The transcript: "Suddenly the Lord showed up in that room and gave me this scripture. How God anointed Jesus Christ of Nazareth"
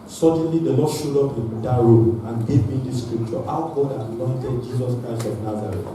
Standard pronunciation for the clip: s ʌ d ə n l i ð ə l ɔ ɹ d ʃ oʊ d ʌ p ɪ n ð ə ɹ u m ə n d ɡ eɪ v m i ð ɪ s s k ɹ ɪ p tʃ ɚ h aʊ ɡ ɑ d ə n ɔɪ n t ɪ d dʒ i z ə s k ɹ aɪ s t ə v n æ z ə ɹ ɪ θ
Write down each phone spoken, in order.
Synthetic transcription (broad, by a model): s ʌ d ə n l i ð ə l ɔ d ʃ oʊ d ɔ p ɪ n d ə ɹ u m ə n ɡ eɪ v m i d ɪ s s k ɹ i p tʃ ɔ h aʊ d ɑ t ə n ɔɪ n t ɪ d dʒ i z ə s k ɹ aɪ s t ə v n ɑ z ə ɹ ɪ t